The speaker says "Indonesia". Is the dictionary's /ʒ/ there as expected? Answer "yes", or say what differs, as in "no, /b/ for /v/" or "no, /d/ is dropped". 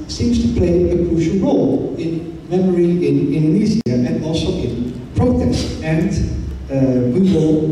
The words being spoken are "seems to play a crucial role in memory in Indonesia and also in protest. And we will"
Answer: no, /z/ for /ʒ/